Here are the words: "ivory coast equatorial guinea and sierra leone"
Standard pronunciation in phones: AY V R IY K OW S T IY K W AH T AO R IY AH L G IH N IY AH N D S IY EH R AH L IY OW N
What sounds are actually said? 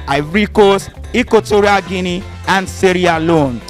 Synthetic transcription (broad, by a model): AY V R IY K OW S IY K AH T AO R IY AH G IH N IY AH N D S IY R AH L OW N